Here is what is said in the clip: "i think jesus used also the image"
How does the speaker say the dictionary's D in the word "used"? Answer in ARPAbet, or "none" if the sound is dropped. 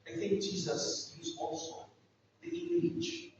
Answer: none